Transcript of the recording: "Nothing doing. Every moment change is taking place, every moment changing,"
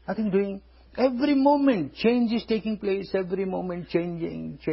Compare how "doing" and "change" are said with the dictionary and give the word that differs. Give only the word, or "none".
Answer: none